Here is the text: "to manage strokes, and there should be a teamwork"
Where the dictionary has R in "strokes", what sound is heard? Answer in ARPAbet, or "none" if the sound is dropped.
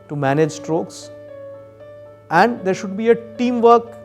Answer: R